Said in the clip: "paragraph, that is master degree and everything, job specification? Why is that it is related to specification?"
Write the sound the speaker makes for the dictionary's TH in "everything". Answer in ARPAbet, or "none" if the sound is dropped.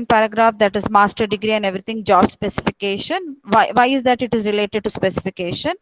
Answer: T